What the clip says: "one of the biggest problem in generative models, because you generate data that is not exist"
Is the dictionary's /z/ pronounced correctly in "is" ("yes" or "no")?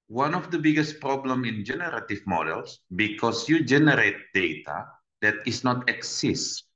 no